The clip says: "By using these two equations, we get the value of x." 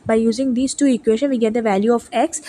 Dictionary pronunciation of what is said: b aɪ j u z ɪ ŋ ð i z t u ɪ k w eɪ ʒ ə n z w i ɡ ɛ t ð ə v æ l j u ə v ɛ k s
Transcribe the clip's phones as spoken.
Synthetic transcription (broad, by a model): b aɪ j u z ɪ ŋ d i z t u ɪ k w eɪ ʃ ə n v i ɡ ɛ t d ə v æ l j u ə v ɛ k s